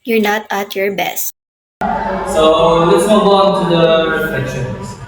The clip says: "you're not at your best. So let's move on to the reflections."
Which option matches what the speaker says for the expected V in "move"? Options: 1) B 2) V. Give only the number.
1